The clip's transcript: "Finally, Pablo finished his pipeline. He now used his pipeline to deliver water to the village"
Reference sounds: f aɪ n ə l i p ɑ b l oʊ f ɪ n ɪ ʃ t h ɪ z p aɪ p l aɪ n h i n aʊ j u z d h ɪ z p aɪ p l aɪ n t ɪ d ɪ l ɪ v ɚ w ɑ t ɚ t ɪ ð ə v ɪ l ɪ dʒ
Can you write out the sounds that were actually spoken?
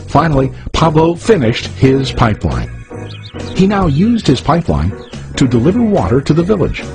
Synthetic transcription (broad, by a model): f aɪ n l i p ɑ b l oʊ f ɪ n ɪ ʃ t h ɪ z p aɪ p l aɪ n h i n aʊ j u z d h ɪ z p aɪ p l aɪ n t ɪ d ɪ l ɪ v ɚ w ɑ t ɚ t ɪ ð ə v ɪ l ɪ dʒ